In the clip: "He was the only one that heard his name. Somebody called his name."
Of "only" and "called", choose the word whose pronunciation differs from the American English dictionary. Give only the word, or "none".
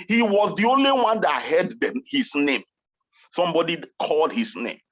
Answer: none